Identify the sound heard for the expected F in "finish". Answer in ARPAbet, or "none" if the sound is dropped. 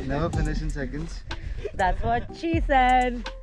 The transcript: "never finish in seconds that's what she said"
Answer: P